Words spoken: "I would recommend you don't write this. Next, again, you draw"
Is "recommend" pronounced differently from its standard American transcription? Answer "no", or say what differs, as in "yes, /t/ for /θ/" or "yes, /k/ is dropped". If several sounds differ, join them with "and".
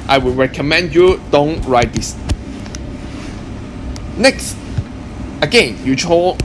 no